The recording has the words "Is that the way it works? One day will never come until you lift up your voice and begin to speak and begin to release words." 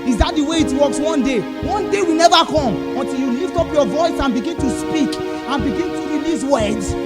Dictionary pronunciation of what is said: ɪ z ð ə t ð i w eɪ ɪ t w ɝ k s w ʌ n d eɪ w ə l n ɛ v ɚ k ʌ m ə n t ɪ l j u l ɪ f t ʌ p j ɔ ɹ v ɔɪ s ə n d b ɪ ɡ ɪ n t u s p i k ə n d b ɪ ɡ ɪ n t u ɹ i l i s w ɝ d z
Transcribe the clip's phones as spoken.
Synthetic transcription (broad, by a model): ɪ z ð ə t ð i w eɪ ɪ t w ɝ k s w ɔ n d eɪ w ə w n ɛ v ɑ k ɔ m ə n t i l j u l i f t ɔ p j ɔ v ɔɪ s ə n b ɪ ɡ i n t u s p i k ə n b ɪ ɡ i n t u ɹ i l i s w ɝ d